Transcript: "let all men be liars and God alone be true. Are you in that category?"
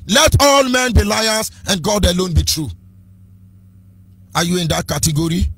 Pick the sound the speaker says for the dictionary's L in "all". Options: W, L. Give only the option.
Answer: L